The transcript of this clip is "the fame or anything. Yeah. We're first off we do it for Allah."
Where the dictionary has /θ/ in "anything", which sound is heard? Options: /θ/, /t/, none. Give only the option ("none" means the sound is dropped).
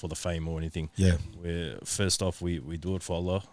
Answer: /θ/